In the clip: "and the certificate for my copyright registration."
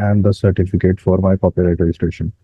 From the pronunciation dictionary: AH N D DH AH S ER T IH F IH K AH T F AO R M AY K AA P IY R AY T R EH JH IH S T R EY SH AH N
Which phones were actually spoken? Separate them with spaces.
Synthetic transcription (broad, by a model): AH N D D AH S ER T IH F IH K AH T F AO R M AY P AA P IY L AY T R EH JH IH S T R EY SH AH N